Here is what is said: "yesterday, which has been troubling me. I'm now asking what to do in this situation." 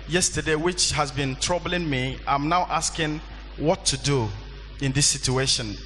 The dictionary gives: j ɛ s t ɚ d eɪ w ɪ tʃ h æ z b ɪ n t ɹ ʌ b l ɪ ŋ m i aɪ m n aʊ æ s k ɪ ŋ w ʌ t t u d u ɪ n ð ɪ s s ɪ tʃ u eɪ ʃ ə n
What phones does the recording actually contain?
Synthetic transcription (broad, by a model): j ɛ s t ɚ d eɪ w ɪ tʃ h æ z b ɪ n t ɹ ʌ b l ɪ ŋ m i aɪ m n aʊ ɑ s k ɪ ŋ w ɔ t t u d u ɪ n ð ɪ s s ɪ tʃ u eɪ ʃ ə n